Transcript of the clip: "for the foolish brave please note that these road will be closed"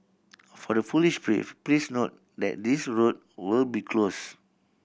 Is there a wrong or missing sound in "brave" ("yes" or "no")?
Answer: yes